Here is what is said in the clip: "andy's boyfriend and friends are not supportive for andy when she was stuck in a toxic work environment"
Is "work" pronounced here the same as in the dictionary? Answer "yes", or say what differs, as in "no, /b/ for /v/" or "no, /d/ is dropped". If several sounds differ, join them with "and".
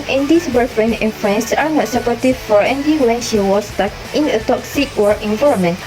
no, /k/ is dropped